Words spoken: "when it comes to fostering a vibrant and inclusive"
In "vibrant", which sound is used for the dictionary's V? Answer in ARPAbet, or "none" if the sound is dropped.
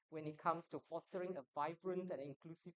V